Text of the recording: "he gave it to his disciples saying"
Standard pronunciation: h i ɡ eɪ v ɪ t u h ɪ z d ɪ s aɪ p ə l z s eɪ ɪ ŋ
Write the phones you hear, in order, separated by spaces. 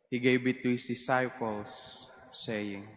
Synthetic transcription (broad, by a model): h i ɡ eɪ b ɪ t u h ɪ s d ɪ s aɪ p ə l s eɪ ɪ ŋ